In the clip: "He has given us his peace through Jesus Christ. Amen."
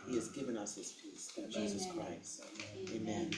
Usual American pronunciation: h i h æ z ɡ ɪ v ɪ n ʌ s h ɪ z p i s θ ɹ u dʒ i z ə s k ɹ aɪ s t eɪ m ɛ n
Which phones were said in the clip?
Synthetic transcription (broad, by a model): h i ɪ z ɡ ɪ v ɪ n ʌ s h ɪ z p i s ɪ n dʒ i z ə s k ɹ aɪ s t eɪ m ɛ n